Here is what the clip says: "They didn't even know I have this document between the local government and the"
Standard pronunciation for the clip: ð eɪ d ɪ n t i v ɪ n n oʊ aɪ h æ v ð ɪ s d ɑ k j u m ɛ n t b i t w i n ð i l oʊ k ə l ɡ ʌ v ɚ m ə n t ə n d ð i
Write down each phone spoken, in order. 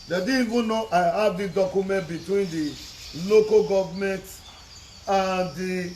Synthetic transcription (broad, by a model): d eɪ d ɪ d i v ɪ n n oʊ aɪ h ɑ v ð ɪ d ɑ k j u m ɛ n t b i t w i n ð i l oʊ k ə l ɡ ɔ v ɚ m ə n t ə n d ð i